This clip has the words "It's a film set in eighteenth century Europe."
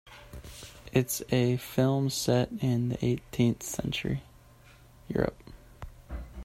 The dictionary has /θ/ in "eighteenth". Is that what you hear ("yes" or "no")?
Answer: yes